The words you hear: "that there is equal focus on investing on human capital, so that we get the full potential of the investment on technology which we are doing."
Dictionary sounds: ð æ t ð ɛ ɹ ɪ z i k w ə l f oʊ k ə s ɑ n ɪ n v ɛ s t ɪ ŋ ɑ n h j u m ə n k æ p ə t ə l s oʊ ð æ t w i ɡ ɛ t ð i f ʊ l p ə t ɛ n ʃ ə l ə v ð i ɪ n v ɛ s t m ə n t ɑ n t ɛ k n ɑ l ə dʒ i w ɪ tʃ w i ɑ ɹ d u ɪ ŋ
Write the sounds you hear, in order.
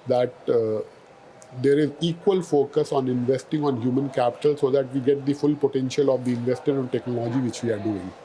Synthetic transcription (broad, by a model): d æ t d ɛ ɹ ɪ z i k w ə l f oʊ k ə s ɑ n ɪ n v ɛ s t ɪ ŋ ɑ n h j u m ə n k æ p ə t ə l s oʊ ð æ t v i ɡ ɛ t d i f ʊ l p ə t ɛ n ʃ ə l ə v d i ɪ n v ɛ s t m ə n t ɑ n t ɛ k n ɑ l ə dʒ i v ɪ tʃ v i ɑ ɹ d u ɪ ŋ